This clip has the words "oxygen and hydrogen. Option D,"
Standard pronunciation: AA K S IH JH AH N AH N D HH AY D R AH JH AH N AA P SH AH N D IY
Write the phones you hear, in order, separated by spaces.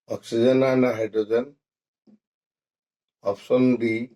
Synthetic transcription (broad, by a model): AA K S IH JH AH N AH N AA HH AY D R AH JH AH N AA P S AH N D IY